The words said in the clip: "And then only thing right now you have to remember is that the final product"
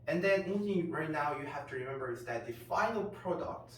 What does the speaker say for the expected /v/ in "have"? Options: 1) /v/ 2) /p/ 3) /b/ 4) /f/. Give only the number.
4